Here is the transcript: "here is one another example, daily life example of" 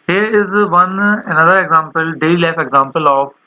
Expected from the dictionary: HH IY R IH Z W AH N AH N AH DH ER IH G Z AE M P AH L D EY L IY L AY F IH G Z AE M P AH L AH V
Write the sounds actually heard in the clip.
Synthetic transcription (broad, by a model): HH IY R IH Z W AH N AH N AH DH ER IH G Z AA M P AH L D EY IY L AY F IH G Z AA M P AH L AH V